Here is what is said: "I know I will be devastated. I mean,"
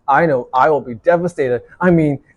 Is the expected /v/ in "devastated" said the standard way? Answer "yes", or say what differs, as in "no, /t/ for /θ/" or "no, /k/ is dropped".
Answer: yes